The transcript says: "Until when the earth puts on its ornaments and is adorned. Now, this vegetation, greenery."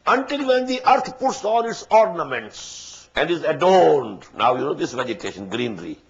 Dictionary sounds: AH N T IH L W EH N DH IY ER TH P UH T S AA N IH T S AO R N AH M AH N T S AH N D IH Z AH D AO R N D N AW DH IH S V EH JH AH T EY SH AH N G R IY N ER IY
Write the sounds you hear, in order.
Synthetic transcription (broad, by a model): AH N T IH L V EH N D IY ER T P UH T S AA L IH T S AO R N AH M AH N T S AH N D IH Z AH D AO R N D N AW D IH S V EH JH AH T EY SH AH N G R IY N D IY